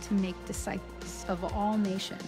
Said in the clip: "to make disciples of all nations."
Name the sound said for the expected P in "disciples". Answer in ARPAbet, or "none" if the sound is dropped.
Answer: none